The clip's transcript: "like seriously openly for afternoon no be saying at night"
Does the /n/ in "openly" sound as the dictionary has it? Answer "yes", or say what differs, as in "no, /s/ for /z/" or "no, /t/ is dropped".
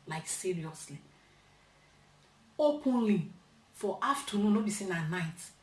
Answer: yes